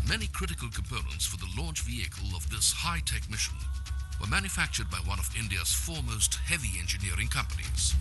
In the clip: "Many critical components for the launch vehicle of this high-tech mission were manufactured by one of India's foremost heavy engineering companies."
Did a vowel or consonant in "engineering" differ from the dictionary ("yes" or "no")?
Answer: no